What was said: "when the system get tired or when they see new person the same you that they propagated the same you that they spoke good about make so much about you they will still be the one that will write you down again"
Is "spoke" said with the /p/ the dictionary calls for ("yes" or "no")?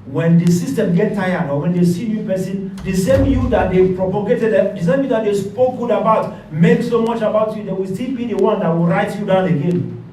yes